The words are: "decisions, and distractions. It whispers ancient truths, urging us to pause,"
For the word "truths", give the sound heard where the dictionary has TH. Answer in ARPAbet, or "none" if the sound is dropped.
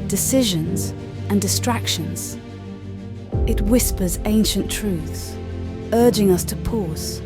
TH